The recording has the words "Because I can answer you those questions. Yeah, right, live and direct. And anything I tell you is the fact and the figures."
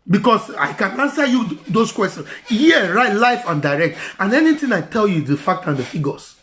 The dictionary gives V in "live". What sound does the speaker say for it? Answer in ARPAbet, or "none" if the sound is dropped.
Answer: F